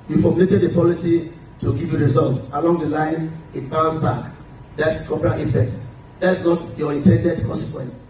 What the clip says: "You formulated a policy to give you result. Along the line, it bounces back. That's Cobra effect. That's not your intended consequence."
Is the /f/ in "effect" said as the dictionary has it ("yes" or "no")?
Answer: no